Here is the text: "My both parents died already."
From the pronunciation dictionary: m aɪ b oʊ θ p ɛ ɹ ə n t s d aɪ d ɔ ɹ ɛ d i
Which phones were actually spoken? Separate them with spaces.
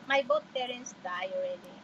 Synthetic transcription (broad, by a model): m aɪ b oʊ t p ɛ ɹ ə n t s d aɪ ɔ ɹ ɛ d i